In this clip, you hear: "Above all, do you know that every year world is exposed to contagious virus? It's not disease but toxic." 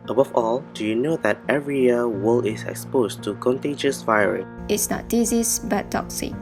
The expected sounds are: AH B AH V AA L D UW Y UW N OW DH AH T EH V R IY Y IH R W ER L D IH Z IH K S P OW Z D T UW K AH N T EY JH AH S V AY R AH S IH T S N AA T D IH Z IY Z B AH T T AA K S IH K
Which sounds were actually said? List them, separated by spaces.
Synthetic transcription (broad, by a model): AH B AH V AA L D UW Y UW N OW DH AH T EH V R IY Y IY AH W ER L IH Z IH K S P OW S T UW K AH N T EY JH AH S V AY R AH S IH T S N AA T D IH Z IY S B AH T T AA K S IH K